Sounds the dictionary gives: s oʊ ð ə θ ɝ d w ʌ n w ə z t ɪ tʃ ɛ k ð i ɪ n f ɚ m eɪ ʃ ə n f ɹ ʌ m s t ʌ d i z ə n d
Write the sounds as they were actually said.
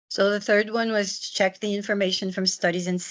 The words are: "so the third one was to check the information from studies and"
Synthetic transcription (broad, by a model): s oʊ ð ə θ ɝ d w ʌ n w ə z t ɪ tʃ ɛ k ð i ɪ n f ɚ m eɪ ʃ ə n f ɹ ʌ m s t ʌ d i z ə n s